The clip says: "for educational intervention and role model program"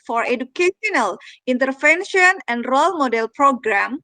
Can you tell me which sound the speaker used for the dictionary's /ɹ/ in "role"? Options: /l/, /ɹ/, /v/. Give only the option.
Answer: /ɹ/